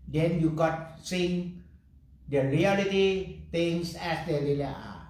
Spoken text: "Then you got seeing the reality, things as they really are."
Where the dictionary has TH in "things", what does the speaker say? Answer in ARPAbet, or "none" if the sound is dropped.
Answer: T